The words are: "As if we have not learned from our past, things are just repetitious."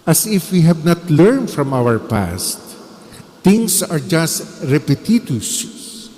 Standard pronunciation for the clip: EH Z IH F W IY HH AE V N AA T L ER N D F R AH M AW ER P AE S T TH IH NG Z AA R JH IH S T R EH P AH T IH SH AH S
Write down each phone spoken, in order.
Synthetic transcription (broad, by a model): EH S IH F W IY HH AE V N AA T L ER N D F R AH M AW ER P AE S T T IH NG S AA R JH IH S T R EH P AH T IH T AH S